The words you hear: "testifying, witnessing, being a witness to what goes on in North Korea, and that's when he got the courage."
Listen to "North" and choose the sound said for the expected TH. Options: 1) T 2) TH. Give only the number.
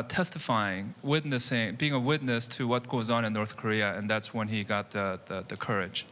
2